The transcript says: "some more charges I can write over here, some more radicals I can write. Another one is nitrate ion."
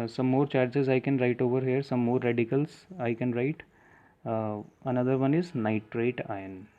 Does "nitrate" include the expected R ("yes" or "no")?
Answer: yes